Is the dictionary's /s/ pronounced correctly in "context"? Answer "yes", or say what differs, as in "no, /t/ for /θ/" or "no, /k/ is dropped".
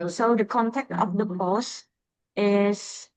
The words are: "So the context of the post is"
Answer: no, /s/ is dropped